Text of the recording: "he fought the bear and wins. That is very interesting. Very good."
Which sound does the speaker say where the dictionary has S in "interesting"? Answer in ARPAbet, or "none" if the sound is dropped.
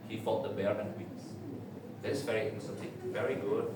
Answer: none